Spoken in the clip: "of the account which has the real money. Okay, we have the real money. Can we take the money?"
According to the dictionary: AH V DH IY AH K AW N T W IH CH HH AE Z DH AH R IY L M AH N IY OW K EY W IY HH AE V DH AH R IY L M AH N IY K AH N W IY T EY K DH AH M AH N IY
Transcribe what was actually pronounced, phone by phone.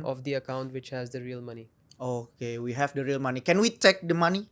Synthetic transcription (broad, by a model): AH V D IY AH K AW N T W IH CH HH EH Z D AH R IY L M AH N IY OW K EY W IY HH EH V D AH R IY L M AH N IY K AH N W IY T EY K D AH M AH N IY